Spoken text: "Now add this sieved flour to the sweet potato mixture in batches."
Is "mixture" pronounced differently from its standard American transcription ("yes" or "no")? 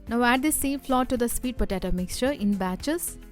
no